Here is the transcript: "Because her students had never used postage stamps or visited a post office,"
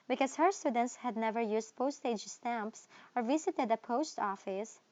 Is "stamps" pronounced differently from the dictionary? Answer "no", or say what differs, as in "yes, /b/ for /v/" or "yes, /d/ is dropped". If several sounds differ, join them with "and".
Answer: no